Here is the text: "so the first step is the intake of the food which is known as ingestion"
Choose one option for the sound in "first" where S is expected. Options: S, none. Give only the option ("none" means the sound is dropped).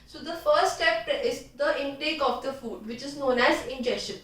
none